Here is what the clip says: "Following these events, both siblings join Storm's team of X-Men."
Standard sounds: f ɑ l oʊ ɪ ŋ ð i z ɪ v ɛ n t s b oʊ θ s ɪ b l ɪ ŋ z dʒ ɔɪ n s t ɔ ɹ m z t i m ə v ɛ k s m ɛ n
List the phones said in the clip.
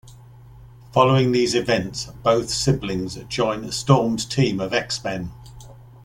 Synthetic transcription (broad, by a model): f ɑ l oʊ ɪ ŋ ð i z ɪ v ɛ n t s b oʊ θ s ɪ b l ɪ ŋ z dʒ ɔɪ n s t ɔ m t i m ə v ɛ k s m ɛ n